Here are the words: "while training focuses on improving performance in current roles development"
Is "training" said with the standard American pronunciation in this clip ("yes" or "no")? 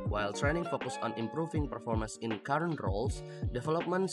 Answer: yes